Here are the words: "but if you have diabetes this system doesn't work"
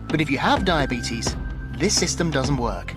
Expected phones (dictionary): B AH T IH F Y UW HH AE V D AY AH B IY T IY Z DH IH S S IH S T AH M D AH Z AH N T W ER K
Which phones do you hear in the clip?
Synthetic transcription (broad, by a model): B AH T IH F Y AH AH V D AY AH B IY T IY Z DH IH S S IH S T AH M D AH Z AH N T W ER K